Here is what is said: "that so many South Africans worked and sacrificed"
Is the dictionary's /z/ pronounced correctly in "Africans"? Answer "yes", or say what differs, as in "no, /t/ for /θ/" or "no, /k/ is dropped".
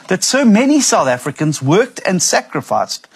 yes